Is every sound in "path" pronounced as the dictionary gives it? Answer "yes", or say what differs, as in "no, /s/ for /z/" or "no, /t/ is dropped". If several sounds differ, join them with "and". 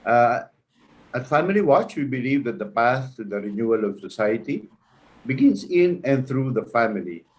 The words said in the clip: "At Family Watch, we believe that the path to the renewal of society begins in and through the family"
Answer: no, /s/ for /θ/